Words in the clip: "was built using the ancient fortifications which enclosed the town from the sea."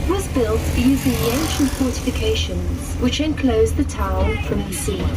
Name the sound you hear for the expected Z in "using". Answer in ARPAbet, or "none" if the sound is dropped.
Z